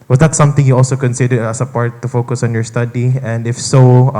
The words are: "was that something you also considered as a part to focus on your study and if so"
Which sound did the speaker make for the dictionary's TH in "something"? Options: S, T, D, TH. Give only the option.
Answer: T